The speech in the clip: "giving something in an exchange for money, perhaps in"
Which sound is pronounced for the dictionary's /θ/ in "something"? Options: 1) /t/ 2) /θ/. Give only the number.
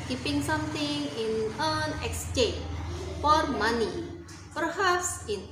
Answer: 1